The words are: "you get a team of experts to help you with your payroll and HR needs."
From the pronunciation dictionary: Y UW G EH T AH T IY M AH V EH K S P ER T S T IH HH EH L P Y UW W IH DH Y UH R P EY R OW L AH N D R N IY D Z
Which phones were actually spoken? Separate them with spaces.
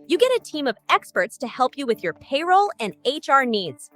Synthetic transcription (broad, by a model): Y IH G EH T AH T IY M AH V EH K S P ER T S T IH HH EH L P Y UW W IH DH Y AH R P EY R OW L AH N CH R N IY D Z